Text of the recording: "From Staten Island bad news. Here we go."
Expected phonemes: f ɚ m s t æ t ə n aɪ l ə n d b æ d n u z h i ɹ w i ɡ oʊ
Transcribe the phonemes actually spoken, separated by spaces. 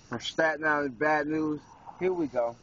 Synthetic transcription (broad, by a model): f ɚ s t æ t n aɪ ə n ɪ b æ d n u z h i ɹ w i ɡ oʊ